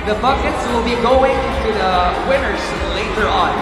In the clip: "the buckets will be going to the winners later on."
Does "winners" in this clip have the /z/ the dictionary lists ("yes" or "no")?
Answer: no